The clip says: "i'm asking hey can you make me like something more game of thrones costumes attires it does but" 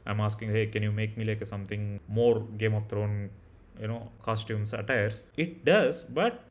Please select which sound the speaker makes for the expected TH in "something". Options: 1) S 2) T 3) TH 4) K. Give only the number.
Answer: 2